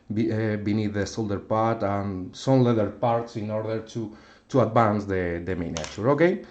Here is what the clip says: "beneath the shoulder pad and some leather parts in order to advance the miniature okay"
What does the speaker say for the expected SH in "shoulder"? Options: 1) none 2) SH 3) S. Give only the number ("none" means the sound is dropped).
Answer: 3